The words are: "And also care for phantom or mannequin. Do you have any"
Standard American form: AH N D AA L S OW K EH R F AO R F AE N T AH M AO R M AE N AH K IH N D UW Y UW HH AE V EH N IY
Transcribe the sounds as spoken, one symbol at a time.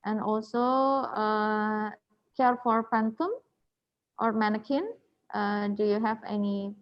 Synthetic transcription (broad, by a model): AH N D AA L S OW K EH R F AO R P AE N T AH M AO R M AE N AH K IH N D UW Y UW HH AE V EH N IY